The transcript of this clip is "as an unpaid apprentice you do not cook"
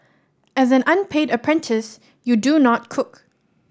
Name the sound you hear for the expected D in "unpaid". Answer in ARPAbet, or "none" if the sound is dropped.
D